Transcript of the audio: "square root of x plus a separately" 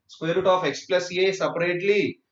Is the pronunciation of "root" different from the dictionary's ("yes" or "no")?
no